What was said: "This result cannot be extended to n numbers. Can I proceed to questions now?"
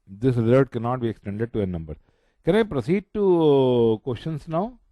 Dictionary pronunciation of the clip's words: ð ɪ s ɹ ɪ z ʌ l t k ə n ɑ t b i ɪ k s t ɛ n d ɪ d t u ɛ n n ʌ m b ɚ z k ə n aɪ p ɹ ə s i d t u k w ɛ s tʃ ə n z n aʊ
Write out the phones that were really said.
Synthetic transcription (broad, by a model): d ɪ s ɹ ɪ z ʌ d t k ə n ɑ t b i ɪ k s t ɛ n d ɪ d t u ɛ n n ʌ m b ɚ k ə n aɪ p ɹ ə s i d t u k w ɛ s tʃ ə n s n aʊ